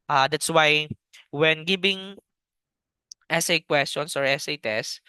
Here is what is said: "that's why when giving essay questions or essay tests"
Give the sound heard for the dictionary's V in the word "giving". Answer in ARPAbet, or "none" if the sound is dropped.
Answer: B